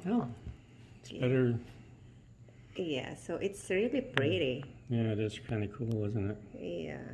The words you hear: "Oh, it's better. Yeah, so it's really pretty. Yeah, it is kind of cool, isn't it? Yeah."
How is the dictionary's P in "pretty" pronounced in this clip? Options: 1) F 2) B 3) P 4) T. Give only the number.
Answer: 2